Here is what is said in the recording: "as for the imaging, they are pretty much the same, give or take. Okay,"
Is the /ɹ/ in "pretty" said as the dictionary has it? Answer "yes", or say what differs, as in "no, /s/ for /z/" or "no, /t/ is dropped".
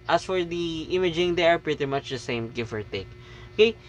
yes